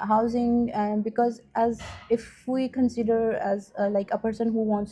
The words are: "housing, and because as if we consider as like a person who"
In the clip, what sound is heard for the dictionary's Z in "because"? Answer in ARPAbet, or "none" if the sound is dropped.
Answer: Z